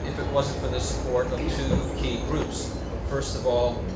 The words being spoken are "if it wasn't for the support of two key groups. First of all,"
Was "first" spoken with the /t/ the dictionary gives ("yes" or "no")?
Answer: yes